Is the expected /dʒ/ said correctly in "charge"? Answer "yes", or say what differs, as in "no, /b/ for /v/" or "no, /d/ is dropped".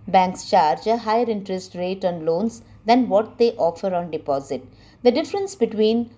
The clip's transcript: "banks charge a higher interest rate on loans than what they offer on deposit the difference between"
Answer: yes